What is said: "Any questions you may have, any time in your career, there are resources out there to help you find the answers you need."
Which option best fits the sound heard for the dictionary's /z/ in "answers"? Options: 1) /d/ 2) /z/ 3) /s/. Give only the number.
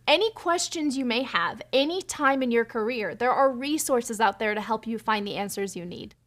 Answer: 2